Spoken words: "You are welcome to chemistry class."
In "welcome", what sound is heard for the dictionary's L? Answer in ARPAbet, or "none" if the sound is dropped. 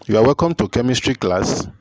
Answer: L